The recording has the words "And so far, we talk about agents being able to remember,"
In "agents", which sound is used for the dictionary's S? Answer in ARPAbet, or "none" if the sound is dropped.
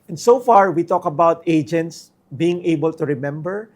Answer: S